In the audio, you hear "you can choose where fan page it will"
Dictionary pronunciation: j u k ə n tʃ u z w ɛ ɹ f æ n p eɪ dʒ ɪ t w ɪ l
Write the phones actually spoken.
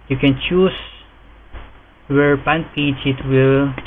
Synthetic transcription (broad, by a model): j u k ə n tʃ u s w ɛ ɹ p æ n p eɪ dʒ ɪ t w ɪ l